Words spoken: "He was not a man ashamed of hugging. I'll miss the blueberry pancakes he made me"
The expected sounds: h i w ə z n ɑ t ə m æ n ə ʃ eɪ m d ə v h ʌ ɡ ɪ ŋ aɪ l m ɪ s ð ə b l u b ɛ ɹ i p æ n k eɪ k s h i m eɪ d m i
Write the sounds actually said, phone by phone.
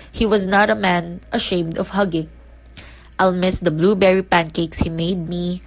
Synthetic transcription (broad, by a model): h i w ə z n ɑ t ə m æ n ə ʃ eɪ m d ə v h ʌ ɡ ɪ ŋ aɪ l m ɪ s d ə b l u b ɛ ɹ i p æ n k eɪ k s h i m eɪ d m i